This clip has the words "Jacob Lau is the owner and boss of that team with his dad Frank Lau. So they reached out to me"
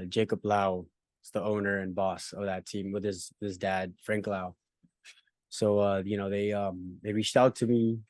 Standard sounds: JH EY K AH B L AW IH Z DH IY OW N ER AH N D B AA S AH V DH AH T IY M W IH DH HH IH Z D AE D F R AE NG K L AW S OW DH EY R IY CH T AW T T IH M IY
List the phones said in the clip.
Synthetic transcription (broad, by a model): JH EY K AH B L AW IH Z DH IY OW N ER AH N B AA S AH V DH AH T IY M W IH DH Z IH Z D AE D F R AE NG K L AW S OW DH EY R IY CH T AW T T IH M IY